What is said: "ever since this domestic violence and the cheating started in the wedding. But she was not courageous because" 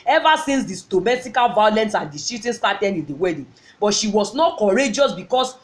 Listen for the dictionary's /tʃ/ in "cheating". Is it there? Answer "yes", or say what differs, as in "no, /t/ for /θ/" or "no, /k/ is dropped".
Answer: no, /s/ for /tʃ/